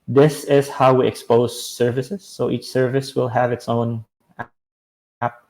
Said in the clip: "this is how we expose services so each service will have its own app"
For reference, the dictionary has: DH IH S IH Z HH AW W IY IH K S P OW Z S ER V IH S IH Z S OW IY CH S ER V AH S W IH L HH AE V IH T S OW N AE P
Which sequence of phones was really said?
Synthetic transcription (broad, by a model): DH IH S IH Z HH AW W IY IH K S P OW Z S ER V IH S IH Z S OW IY CH S ER V AH S W IH L HH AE V IH T S OW N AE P